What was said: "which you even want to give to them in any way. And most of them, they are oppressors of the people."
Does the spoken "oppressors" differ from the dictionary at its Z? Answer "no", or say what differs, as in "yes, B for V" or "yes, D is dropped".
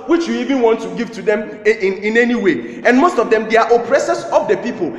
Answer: yes, S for Z